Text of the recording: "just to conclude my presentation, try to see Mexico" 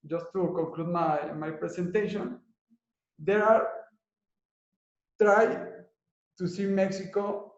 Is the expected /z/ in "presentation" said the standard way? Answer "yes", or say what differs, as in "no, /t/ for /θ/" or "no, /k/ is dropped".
no, /s/ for /z/